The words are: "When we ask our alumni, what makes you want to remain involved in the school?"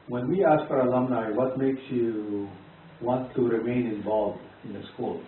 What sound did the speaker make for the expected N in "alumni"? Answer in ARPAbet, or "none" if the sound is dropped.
N